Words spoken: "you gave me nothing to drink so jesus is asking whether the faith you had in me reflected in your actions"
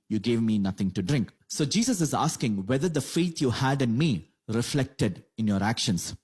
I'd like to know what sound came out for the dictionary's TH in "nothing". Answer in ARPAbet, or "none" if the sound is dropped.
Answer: T